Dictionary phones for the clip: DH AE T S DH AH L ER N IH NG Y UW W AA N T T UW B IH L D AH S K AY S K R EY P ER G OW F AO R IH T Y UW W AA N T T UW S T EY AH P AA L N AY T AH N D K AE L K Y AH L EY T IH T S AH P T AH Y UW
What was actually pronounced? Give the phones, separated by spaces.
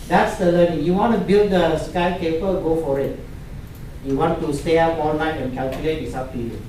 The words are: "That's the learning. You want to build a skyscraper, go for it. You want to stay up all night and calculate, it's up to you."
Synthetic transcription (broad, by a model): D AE T S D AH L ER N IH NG Y UW W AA N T T UW B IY L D AH S K AY K EY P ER G OW F AO R IH T Y UW W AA N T T UW S T EY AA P AA L N AY T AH N K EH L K Y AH L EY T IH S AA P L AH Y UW